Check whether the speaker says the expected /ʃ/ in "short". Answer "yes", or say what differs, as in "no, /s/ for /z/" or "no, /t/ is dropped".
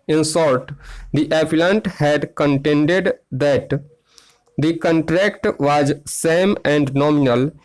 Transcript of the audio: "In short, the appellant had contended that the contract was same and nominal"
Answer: no, /s/ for /ʃ/